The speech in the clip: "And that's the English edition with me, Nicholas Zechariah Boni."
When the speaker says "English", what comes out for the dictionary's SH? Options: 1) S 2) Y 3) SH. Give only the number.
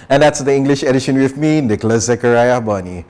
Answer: 3